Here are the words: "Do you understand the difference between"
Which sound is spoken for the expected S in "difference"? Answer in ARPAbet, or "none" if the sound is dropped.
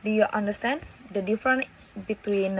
none